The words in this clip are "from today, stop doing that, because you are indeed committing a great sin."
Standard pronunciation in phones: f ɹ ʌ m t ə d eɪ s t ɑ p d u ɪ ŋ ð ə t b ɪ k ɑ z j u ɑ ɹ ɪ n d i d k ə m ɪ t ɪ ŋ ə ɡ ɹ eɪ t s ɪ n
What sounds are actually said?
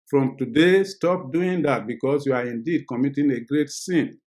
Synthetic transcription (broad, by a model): f ɹ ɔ m t ə d eɪ s t ɑ p d u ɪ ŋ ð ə t b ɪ k ɑ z j u ɑ ɹ ɪ n d i d k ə m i t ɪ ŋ ə ɡ ɹ eɪ t s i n